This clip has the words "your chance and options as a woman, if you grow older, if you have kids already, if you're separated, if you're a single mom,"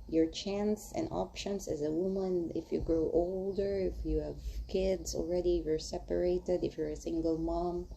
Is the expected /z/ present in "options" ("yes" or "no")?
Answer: no